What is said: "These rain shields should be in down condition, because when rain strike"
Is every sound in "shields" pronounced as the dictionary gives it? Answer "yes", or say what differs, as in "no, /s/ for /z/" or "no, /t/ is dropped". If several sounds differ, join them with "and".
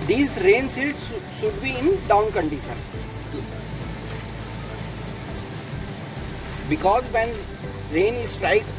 no, /s/ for /ʃ/